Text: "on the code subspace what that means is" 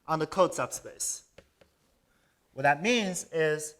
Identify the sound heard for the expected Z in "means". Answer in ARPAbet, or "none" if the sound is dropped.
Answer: Z